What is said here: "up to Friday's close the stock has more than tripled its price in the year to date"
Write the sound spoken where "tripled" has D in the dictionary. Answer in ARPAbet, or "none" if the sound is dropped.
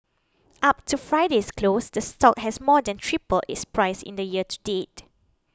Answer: none